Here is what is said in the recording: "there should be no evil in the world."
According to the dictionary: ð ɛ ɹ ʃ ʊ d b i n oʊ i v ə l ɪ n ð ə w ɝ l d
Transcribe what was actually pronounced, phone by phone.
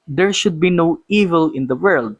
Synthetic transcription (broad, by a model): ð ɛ ɹ ʃ ʊ d b i n oʊ i v ə l ɪ n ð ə w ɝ l d